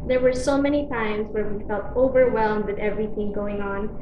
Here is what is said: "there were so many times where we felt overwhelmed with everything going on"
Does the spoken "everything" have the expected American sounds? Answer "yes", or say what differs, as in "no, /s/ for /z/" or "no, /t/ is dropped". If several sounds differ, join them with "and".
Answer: yes